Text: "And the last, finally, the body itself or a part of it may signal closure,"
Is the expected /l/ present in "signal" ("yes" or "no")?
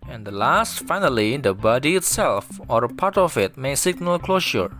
yes